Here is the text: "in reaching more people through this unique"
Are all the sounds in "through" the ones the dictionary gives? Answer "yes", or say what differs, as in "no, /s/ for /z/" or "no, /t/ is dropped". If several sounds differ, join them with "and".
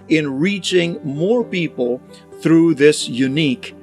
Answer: yes